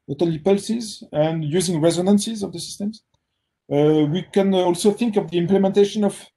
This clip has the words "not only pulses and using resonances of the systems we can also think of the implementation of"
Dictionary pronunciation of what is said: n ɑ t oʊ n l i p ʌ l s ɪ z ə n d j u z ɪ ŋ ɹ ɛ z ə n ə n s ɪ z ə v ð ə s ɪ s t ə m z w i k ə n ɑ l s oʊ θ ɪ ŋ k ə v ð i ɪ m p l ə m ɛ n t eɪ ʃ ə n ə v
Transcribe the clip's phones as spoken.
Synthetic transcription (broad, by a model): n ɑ t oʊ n l i p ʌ l s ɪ z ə n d j u z ɪ ŋ ɹ ɛ z ə n ə n s ɪ z ə v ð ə s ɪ s t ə m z w i k ə n ɑ l s oʊ θ ɪ ŋ k ə v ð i ɪ m p l ə m ɛ n t eɪ ʃ ə n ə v